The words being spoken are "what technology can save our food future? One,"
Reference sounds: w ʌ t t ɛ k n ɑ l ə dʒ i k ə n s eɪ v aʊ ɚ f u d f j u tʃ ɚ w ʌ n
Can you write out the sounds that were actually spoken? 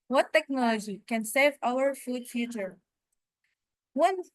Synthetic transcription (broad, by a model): w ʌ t t ɛ k n ɑ l ə dʒ i k ə n s eɪ v aʊ ɚ f u d f j u tʃ ɚ w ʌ n